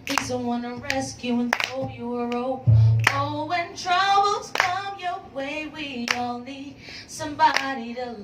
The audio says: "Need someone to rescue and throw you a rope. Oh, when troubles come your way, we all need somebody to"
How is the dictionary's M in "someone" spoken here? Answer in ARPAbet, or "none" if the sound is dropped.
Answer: none